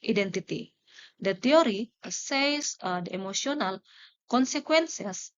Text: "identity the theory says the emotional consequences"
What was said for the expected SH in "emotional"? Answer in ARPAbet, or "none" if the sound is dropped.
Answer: S